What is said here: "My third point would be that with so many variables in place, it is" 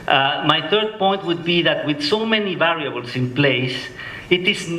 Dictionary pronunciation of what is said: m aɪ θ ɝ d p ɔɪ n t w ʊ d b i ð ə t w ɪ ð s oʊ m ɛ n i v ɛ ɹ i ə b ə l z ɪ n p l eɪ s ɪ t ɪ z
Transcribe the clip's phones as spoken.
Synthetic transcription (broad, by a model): m aɪ θ ɝ d p ɔɪ n t w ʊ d b i ð ə t w ɪ ð s oʊ m ɛ n i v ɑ ɹ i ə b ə l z ɪ n p l eɪ s ɪ t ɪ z